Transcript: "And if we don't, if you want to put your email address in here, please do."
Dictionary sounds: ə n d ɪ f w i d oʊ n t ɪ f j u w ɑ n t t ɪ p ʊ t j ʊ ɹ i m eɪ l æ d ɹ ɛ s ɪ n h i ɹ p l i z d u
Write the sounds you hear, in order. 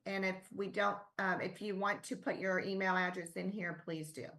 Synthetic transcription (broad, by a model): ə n ɪ f w i d oʊ n t ɪ f j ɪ w ɑ n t t ɪ p ʊ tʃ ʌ ɹ i m eɪ l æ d ɹ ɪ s ɪ n h i ɹ p l i z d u